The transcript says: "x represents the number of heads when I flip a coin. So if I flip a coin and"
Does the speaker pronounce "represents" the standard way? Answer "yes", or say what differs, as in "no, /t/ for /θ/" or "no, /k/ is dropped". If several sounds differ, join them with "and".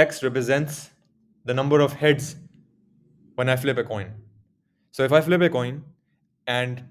yes